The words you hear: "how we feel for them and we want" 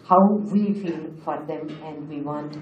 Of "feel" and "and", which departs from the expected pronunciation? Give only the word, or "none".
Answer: none